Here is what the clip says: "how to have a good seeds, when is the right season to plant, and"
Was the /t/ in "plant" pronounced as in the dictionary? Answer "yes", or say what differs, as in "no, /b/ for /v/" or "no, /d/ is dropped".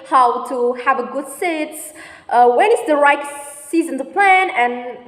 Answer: no, /t/ is dropped